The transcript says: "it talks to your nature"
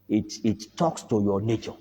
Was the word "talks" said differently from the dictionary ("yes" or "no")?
no